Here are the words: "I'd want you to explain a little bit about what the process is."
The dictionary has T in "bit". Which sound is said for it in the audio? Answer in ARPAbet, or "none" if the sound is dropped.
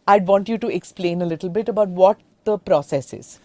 T